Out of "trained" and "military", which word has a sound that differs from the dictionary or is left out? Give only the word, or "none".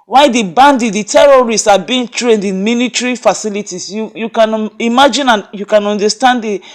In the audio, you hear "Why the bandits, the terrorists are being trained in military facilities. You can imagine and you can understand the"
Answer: military